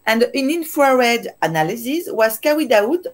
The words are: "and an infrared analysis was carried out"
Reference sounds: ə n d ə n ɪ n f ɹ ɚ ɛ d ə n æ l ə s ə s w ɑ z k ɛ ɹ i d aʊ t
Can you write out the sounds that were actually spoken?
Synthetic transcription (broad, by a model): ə n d ə n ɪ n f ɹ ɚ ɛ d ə n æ l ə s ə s w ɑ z k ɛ w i d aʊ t